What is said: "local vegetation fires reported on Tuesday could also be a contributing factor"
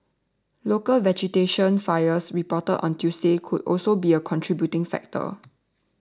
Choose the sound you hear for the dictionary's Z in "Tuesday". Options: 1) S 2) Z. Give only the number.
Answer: 1